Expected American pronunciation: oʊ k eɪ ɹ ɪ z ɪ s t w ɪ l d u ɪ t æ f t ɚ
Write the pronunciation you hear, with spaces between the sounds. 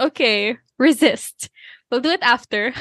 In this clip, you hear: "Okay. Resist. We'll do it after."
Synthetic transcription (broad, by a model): oʊ k eɪ ɹ ɪ z ɪ s t w ɪ l d u ɪ t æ f t ɚ